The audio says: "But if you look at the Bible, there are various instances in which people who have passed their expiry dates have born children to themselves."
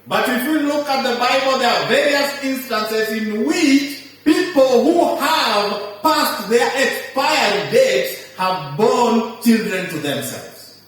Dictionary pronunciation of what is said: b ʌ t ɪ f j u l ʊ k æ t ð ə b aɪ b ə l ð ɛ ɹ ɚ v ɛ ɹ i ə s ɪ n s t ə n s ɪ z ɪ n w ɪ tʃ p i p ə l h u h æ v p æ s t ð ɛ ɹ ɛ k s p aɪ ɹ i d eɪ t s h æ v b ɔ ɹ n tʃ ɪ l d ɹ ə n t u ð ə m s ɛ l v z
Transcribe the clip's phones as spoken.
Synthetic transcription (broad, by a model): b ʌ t ɪ f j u l ʊ k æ t ð ə b aɪ b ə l ð ɛ ɹ v ɛ ɹ i ə s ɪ n s t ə n s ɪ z ɪ n w ɪ tʃ p i p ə l h u h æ v p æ s t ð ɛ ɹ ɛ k s p aɪ i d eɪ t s h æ v b ɔ n tʃ ɪ l d ɹ ə n t u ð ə m s ɛ l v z